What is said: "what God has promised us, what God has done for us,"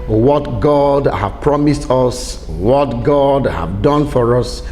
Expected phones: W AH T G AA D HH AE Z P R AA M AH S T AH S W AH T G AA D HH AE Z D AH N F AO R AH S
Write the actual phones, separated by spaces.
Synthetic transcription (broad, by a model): W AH T G AA D HH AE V P R AA M AH S T AH S W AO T G AA D HH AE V D AH N F AO R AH S